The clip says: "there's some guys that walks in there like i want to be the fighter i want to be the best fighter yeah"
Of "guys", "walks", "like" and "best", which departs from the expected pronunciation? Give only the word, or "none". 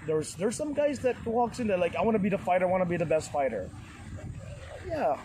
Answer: none